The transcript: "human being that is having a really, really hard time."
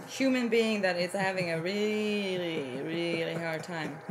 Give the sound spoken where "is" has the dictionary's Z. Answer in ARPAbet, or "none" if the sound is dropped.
S